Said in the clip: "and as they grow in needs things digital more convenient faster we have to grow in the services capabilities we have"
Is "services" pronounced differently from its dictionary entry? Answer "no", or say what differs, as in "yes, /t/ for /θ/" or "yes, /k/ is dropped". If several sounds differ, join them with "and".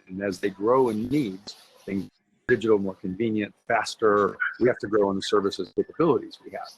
no